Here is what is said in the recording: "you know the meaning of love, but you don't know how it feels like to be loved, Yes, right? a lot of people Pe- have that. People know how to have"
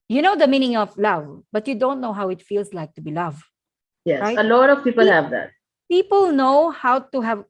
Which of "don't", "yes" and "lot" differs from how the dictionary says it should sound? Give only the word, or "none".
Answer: yes